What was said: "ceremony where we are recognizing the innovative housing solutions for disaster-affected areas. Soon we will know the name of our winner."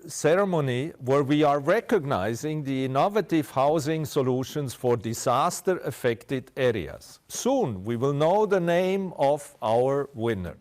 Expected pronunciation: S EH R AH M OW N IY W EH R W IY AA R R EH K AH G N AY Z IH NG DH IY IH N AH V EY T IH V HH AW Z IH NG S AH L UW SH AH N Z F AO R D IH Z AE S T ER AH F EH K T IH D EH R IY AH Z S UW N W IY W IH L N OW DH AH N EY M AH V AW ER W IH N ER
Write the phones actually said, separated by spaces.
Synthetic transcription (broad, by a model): S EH R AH M OW N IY W EH R W IY AA R R EH K AH G N AY Z IH NG DH IY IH N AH V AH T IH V HH AW Z IH NG S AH L UW SH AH N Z F AO R D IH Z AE S T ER AH F EH K T IH D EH R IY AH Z S UW N W IY W IH L N OW DH AH N EY M AH V AW ER W IH N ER